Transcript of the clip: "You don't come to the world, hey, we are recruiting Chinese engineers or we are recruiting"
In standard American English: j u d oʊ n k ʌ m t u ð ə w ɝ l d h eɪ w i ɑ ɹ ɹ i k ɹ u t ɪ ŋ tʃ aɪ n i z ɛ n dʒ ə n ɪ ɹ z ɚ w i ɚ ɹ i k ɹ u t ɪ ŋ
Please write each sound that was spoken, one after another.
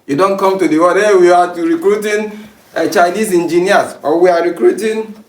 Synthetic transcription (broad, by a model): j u d oʊ n k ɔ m t u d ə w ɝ d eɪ w i ɑ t ɹ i k ɹ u t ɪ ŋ tʃ aɪ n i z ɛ n dʒ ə n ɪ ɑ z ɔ w i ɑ ɹ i k ɹ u t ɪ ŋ